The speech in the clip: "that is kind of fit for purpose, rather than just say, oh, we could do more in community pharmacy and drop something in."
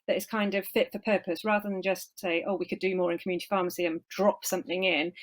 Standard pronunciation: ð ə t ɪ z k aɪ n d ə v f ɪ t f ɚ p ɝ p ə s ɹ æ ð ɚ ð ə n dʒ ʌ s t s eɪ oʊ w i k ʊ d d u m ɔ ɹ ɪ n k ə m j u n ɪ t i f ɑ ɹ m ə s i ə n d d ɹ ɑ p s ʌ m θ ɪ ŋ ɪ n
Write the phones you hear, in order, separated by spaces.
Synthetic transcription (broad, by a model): ð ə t ɪ z k aɪ n d ə v f ɪ t f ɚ p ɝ p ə s ɹ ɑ ð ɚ ð ə n dʒ ʌ s t s eɪ oʊ w i k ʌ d d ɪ m ɔ ɹ ɪ n k ə m j u n ɪ t i f ɑ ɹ m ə s i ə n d d ɹ ɑ p s ʌ m θ ɪ ŋ ɪ n